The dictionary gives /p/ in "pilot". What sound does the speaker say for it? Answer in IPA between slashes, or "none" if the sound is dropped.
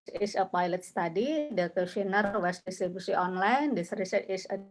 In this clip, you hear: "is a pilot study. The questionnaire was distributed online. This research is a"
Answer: /p/